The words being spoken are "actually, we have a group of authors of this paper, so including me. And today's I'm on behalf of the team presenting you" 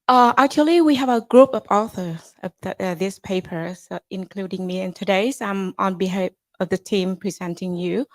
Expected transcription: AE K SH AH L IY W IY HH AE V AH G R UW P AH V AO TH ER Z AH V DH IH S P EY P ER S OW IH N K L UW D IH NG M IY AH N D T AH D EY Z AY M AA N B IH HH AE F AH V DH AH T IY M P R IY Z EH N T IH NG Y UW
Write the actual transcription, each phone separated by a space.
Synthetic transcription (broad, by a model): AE K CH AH L IY W IY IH V AH G R UW P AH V AO TH ER Z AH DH DH IH S P EY P ER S IH N K L UW D IH NG M IY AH N T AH D EY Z AY M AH N B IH HH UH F AH V DH AH T IY M P R IY Z EH N T IH NG Y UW